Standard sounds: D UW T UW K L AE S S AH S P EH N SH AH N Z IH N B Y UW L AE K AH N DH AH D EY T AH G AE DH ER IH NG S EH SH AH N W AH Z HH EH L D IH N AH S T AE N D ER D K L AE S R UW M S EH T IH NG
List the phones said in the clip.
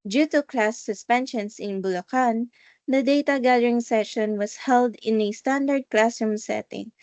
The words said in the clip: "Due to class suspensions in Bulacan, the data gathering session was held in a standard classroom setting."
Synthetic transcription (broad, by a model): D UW T UW K L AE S S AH S P EH N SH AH N S IH N B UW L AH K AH N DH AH D EY T AH G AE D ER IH NG S EH SH AH N W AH S HH EH L D IH N AH S T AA N D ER D K L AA S UW M S EH T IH NG